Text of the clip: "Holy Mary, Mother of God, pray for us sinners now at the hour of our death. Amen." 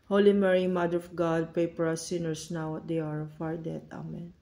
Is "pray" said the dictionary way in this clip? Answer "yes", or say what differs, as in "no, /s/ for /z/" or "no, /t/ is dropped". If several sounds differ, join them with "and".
no, /ɹ/ is dropped